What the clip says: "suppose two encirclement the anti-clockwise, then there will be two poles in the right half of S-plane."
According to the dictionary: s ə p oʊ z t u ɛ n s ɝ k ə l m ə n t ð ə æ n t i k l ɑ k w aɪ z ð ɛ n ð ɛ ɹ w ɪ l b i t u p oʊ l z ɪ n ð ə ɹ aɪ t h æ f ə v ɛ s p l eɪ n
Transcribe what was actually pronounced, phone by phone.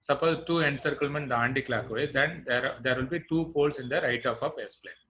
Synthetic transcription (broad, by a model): s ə p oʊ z t u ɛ n s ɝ k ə l m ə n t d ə n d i k l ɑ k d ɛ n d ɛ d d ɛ ɹ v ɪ l b i t u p oʊ l s ɪ n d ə ɹ aɪ t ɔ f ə p ɛ s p l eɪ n